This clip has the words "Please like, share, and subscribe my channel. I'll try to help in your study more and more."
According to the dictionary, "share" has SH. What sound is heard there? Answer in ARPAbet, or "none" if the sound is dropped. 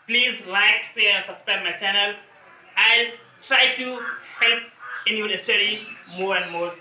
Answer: S